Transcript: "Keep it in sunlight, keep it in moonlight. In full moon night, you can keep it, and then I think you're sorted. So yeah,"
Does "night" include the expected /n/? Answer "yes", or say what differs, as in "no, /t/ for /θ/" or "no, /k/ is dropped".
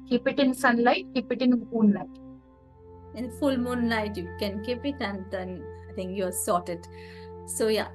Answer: no, /l/ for /n/